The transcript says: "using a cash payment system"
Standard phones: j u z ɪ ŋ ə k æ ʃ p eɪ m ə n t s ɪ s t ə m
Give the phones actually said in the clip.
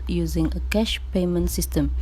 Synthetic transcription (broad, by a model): j u z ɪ ŋ ə k æ ʃ p eɪ m ə n t s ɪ s t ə m